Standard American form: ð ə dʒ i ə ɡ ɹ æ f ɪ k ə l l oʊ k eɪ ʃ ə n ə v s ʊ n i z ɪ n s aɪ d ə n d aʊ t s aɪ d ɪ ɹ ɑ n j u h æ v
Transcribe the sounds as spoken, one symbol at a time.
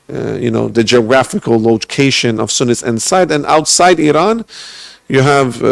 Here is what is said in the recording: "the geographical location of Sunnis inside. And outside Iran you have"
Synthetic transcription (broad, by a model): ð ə dʒ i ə ɡ ɹ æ f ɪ k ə l l oʊ k eɪ ʃ ə n ə v s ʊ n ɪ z ɪ n s aɪ d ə n aʊ t s aɪ d ɪ ɹ ɑ n j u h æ v